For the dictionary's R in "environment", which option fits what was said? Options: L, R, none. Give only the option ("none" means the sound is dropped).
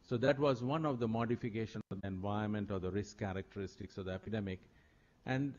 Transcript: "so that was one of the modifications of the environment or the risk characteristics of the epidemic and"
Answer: none